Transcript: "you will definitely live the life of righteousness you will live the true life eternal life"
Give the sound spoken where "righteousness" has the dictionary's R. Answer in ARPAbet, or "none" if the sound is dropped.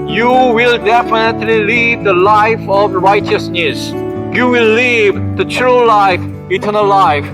R